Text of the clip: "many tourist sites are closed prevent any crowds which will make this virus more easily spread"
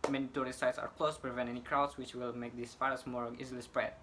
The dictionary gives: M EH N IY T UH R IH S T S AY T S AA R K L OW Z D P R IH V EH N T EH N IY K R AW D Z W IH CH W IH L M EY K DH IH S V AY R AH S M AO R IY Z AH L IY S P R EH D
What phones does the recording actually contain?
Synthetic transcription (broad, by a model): M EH N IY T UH R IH S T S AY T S AA R K L OW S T P R IH V EH N T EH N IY K R AW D S W IH CH W IH L M EY K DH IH S F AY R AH S M AO R IY Z AH L IY S P R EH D